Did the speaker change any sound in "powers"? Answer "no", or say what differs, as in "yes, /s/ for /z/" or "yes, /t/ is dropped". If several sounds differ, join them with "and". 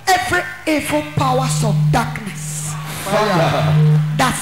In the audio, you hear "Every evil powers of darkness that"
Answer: yes, /s/ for /z/